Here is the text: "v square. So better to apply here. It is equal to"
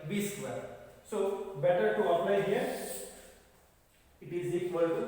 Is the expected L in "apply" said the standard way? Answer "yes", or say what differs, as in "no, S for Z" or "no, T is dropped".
no, N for L